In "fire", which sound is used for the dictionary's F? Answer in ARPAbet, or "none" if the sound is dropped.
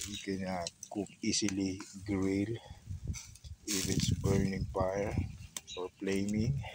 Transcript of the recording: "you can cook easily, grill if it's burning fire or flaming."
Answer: P